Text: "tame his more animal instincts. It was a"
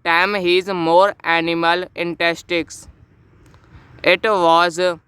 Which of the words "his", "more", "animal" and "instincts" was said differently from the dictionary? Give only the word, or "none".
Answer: instincts